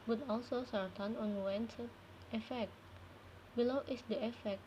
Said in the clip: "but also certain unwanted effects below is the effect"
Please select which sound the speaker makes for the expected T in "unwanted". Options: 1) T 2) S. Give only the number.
2